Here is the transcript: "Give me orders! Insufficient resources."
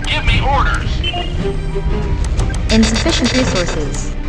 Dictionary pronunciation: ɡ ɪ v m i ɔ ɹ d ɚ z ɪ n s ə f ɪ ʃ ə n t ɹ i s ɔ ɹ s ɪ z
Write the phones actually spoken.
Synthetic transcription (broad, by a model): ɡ ɪ v m i ɔ ɹ d ɚ z ɪ n s ə f ɪ ʃ ə n t ɹ i s ɔ ɹ s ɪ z